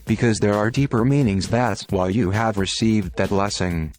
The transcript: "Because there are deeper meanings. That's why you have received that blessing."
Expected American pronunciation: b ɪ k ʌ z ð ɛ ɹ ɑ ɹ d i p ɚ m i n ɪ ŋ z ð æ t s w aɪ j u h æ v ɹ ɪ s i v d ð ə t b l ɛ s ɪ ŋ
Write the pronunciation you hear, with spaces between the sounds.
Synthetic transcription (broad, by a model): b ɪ k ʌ z ð ɛ ɹ ɑ ɹ d i p ɚ m i n ɪ ŋ z ð æ t s w aɪ j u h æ v ɹ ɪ s i v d ð ə t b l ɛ s ɪ ŋ